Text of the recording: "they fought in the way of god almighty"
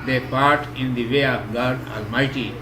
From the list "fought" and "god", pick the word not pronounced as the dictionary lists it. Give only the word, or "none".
fought